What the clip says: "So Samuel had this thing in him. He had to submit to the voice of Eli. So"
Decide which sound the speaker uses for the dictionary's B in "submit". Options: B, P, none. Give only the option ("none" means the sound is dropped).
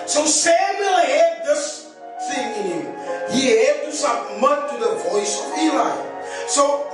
none